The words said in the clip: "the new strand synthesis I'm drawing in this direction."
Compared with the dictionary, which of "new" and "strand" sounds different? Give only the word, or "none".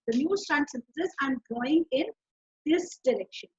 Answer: strand